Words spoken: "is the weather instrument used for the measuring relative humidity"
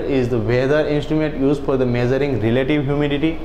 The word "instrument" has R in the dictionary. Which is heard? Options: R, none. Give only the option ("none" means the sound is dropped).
R